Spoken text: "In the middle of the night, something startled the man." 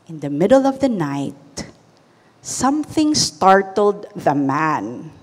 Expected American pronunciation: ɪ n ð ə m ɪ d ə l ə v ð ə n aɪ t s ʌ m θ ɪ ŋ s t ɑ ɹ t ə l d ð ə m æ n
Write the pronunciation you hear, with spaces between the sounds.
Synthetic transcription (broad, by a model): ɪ n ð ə m ɪ d ə l ə v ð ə n aɪ t s ʌ m θ ɪ ŋ s t ɑ ɹ t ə l d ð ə m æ n